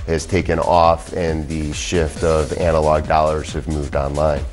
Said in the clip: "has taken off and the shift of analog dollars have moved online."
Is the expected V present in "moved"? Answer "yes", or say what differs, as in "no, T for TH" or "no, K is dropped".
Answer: yes